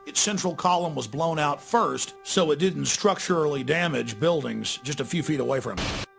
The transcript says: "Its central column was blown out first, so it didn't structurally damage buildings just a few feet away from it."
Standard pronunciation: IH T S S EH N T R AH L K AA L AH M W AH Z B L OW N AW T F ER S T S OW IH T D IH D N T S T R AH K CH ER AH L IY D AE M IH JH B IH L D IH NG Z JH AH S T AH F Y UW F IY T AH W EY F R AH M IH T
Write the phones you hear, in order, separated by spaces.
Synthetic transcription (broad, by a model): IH T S S EH N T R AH L K AA L AH M W AH Z B L OW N AW T F ER S T S OW IH T D IH D N T S T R AH K CH ER L IY D AE M IH JH B IH L D IH NG Z JH AH S T AH F Y UW F IY T AH W EY F R AH M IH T